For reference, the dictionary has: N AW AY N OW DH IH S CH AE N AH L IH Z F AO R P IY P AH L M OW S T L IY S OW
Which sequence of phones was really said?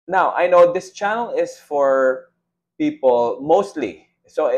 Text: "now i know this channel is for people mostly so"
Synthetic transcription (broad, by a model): N AW AY N OW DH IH S CH AE N AH L IH S F AO R P IY P AH L M OW S T L IY S OW